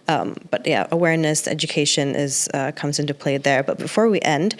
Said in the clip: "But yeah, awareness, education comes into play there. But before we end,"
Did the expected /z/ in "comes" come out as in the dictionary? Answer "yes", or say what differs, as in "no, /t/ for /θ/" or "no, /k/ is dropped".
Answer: yes